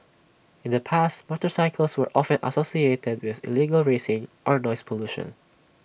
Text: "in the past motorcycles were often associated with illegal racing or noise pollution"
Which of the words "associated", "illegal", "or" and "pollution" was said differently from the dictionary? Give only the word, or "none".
none